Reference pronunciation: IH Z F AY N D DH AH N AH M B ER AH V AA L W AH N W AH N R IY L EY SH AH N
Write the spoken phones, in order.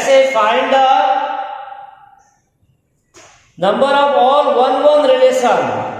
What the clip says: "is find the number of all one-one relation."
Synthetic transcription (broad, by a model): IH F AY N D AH N AH M B ER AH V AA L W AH N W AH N R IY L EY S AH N